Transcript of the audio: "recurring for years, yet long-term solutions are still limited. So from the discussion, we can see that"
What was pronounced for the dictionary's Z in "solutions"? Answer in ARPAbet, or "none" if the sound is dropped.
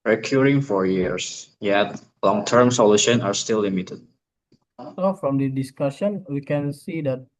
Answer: none